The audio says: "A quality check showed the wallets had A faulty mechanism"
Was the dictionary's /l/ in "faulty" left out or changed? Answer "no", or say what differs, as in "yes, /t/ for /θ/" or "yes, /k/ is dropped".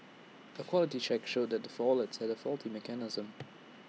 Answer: no